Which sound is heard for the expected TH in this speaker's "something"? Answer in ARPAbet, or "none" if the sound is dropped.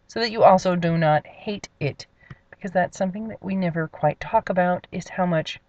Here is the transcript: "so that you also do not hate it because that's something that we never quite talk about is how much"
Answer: TH